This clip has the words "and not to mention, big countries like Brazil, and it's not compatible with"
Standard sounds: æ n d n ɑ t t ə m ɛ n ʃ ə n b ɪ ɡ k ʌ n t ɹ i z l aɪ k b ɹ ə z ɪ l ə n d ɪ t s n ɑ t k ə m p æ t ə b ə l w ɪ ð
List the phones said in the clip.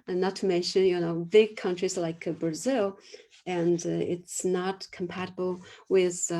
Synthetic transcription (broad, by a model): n n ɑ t t ə m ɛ n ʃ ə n b ɪ ɡ k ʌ n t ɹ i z l aɪ k b ɹ ə z ɪ l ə n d ɪ t s n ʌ t k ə m p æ t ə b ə l w ɪ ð